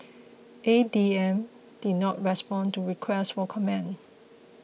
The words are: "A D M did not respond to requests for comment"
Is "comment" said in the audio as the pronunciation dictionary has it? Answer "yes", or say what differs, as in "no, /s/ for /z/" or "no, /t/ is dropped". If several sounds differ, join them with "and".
no, /t/ is dropped